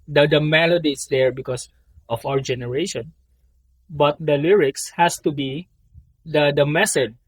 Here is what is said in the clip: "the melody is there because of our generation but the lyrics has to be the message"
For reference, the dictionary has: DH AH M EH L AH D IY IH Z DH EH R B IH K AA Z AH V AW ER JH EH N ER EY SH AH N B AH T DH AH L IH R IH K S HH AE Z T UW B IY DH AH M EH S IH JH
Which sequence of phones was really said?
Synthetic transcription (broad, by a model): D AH M EH L AH D IY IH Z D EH R B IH K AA S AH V AW ER JH EH N ER EY SH AH N B AH T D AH L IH R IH K S HH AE S T UW B IY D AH M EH S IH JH